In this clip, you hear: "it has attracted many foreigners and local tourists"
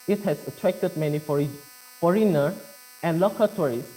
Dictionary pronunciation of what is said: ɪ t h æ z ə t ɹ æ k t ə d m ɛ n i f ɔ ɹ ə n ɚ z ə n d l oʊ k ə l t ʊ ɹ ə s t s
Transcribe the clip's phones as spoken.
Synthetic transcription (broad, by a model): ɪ t h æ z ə t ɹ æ k t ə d m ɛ n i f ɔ ɹ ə n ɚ ə n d l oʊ k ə t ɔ ɹ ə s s